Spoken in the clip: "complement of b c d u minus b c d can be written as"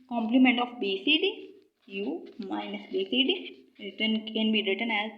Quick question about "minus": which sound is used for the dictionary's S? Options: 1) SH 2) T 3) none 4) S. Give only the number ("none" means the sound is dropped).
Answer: 4